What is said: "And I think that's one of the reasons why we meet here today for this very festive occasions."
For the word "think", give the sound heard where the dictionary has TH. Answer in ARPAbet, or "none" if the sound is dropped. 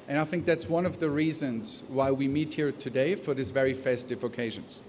TH